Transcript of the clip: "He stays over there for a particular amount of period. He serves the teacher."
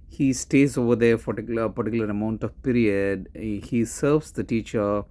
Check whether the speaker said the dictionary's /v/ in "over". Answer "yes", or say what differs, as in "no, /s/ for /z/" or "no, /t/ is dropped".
yes